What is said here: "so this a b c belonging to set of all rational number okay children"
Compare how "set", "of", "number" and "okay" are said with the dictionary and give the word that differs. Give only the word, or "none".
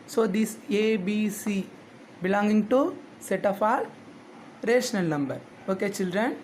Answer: of